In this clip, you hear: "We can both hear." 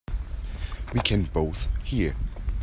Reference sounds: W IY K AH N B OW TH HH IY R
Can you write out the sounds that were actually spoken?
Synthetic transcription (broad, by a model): W IY K AH N B OW TH HH IY R